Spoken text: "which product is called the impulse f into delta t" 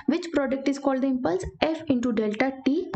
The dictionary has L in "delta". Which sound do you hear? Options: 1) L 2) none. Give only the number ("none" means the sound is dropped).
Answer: 1